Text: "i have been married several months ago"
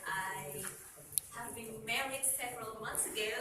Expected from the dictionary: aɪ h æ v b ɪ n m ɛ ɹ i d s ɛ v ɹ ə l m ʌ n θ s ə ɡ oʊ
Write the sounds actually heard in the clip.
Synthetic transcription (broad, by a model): aɪ h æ v b ɪ n m ɛ ɹ i d s ɛ v ɹ ə l m ʌ n θ s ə ɡ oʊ